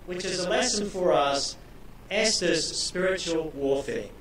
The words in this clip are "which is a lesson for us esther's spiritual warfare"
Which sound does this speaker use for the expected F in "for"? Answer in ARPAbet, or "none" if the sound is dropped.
F